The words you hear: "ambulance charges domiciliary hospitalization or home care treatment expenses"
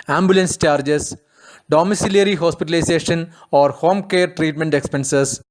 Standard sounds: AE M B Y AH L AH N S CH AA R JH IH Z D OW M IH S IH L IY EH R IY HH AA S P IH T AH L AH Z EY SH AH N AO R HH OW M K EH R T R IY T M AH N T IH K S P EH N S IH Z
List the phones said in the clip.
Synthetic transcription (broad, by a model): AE M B Y L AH N S CH AA R JH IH S D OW M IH S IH L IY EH R IY HH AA S P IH T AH L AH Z EY SH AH N AO R HH OW M K EH R T R IY T M AH N T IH K S P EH N S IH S